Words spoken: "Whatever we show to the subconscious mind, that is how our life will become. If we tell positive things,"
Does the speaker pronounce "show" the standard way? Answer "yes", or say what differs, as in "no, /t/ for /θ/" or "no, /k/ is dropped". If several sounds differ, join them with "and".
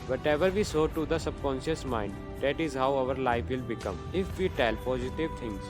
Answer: no, /s/ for /ʃ/